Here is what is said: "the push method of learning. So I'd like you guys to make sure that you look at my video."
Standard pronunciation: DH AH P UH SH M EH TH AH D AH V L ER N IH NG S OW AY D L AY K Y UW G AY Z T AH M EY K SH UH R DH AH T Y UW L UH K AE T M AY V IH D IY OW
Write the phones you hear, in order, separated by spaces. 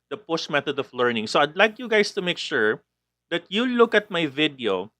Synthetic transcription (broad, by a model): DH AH P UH S M EH TH AH D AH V L ER N IH NG S OW AY D L AY K Y UW G AY S T AH M EY K SH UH R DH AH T Y UW L UH K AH T M AY V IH D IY OW